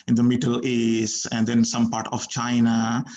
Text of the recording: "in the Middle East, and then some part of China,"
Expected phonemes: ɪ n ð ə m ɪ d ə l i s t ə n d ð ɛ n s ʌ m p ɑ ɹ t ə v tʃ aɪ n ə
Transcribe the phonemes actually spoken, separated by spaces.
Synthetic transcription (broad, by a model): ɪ n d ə m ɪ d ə l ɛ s ə n d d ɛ n s ʌ m p ɑ ɹ t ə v tʃ aɪ n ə